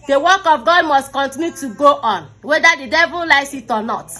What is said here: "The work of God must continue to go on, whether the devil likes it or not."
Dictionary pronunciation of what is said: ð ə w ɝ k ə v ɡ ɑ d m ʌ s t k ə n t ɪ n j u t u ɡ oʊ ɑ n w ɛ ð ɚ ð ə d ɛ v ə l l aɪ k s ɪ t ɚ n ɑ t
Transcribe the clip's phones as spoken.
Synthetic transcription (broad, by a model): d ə w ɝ k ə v ɡ ɑ d m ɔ s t k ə n t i n j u t u ɡ oʊ ɑ n w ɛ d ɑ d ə d ɛ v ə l l aɪ s ɪ t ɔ n ɑ t